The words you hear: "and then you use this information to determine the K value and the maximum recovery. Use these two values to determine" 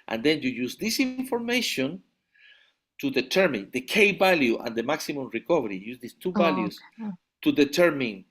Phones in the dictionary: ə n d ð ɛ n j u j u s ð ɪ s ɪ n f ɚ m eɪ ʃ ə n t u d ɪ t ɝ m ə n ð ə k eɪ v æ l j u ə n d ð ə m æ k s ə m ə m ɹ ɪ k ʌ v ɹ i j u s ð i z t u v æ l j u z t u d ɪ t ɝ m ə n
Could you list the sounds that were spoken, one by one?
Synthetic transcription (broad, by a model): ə n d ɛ n j u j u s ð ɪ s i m f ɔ m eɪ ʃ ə n t u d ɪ t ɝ m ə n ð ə k eɪ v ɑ l j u ə n d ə m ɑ k s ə m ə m ɹ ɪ k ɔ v ɹ i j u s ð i s t u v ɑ l j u s t u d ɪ t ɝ m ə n